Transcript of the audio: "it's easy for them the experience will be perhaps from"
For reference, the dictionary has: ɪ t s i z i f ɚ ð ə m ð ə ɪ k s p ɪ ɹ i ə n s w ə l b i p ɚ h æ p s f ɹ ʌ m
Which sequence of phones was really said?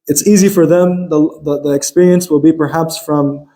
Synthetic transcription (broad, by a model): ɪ t s i z i f ɚ ð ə m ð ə ɪ k s p ɪ ɹ i ə n s w ə l b i p ɚ h æ p s f ɹ ʌ m